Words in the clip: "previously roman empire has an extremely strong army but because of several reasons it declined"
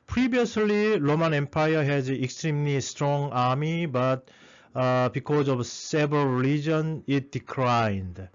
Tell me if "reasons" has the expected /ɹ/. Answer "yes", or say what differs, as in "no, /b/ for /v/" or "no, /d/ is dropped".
no, /l/ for /ɹ/